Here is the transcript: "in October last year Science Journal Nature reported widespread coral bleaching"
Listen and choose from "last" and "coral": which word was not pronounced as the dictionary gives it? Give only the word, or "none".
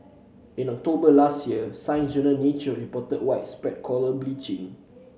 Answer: coral